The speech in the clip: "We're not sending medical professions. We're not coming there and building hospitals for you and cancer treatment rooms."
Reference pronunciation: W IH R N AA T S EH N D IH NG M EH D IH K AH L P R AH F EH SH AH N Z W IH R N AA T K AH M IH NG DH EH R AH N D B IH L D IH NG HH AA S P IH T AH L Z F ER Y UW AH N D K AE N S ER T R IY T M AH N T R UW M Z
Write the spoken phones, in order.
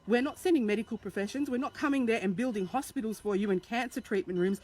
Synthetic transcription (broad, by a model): W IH R N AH T S EH N D IH NG M EH D IH K AH L P R AH F EH SH AH N Z W IH R N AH T K AH M IH NG DH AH R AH N B IH L D IH NG HH AA S P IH T L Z F ER Y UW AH N K AE N S ER T R IY T M AH N T R UW M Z